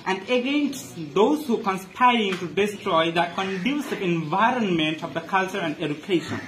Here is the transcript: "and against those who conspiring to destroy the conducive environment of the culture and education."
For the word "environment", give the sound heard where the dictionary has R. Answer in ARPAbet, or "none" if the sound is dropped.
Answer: R